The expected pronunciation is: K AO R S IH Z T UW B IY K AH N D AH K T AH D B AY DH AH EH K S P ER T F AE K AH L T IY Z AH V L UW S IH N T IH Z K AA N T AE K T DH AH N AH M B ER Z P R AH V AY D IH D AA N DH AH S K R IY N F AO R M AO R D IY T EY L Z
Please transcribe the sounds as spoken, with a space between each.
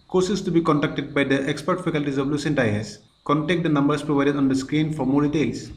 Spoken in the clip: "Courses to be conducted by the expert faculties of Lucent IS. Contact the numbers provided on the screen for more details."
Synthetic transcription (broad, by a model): K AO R S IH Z T UW B IY K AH N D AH K T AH D B AY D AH EH K S P ER T F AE K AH L T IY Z AH V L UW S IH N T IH S K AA N T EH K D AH N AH M B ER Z P R AH V AY D IH D AA N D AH S K R IY N F AO R M AO R D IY T EY L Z